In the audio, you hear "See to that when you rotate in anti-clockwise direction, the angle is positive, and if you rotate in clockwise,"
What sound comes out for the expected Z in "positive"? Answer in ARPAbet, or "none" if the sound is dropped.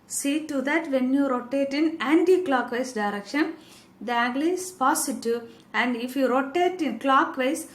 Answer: S